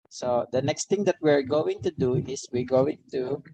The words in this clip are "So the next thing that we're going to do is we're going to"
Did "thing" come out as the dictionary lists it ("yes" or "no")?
no